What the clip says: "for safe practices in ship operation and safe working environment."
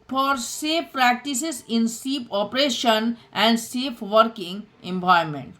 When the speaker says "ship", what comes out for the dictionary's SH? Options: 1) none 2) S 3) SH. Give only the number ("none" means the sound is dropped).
2